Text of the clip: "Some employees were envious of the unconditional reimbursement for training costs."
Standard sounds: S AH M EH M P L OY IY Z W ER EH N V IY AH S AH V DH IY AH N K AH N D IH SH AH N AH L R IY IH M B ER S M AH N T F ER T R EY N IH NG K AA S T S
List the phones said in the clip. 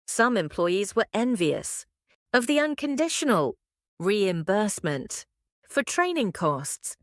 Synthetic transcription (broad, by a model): S AH M EH M P L OY IY Z W ER EH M V IY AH S AH V DH IY AH N K AH N D IH SH AH N AH L R IY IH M B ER S M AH N T F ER T R EY N IH NG K AA S T S